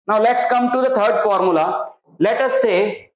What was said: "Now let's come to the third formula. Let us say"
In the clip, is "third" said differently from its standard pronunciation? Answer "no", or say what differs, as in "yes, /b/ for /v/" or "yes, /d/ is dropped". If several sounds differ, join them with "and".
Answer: yes, /t/ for /θ/